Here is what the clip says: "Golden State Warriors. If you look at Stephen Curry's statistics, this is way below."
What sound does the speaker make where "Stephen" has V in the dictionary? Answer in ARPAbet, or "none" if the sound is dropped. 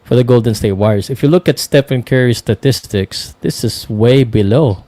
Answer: P